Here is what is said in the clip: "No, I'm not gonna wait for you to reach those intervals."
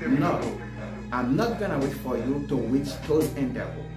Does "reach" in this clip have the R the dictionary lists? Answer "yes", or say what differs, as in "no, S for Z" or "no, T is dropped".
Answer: no, W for R